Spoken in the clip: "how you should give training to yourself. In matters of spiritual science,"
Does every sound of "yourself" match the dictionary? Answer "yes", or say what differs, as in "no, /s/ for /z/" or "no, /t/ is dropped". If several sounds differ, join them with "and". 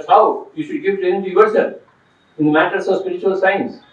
no, /f/ is dropped